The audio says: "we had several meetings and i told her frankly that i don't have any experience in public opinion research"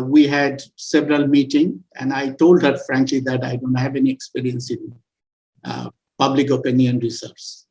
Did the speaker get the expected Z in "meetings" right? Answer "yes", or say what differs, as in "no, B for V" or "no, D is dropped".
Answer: no, Z is dropped